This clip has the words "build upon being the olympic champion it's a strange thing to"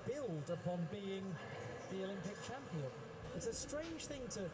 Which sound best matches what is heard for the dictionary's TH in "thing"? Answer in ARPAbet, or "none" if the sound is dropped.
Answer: TH